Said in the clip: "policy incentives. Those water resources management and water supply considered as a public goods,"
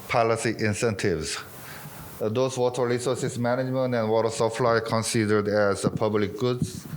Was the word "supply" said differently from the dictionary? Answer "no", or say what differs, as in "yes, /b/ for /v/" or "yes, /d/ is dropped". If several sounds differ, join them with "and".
yes, /f/ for /p/